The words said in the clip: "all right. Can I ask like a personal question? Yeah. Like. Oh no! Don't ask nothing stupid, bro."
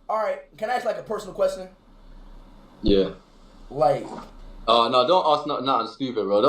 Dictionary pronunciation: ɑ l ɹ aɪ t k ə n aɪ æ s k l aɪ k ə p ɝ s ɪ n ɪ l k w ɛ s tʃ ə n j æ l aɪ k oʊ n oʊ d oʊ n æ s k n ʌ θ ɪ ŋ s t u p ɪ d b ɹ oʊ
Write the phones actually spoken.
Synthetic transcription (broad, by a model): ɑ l ɹ aɪ t k ə n aɪ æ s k l aɪ k ə p ɝ s n l k w ɛ s tʃ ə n j æ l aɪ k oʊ n oʊ d oʊ n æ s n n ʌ t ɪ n s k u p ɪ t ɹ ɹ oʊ